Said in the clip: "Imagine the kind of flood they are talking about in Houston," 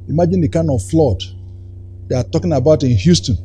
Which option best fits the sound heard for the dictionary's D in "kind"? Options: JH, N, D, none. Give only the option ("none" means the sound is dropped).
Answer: none